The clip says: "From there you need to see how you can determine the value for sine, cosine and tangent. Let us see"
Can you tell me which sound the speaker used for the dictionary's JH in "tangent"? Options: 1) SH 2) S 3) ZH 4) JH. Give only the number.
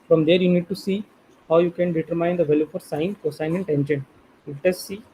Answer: 1